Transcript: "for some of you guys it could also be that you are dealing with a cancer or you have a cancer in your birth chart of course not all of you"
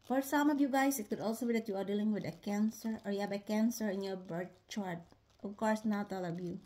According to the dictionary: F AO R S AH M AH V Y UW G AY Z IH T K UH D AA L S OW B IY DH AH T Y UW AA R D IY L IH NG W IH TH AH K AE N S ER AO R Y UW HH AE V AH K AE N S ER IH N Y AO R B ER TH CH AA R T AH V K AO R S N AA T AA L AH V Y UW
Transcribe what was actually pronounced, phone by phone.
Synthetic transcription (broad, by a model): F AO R S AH M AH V Y UW G AY S IH T K UH D AA L S OW B IY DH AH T Y UW AA R D IY L IH NG W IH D AH K AE N S ER AO R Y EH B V AH K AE N S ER IH N Y AO R B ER T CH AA R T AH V K AO R S N AA T AA L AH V Y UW